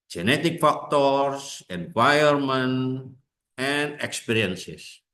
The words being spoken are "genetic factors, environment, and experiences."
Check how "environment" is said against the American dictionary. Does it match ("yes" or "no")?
no